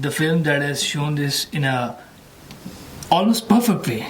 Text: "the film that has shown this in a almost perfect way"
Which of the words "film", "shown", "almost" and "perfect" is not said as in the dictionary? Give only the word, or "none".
none